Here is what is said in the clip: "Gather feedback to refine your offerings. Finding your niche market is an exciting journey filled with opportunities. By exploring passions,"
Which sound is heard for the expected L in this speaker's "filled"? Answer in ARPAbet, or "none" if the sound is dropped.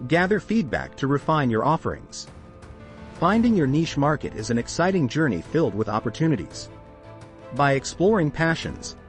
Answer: L